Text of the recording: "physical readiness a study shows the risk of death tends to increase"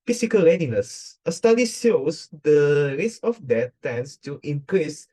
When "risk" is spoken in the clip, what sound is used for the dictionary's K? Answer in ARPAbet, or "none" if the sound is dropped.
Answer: none